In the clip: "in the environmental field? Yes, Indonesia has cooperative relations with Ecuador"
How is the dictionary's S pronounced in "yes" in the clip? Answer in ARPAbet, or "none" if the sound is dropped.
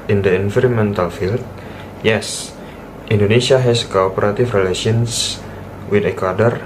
S